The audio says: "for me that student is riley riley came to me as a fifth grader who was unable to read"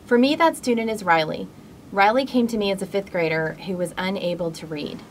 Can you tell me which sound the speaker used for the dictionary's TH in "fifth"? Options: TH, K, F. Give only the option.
TH